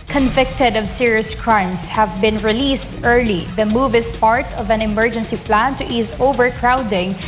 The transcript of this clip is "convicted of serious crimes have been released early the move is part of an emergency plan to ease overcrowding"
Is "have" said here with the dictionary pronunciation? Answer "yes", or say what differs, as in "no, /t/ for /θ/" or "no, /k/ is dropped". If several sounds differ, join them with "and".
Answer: yes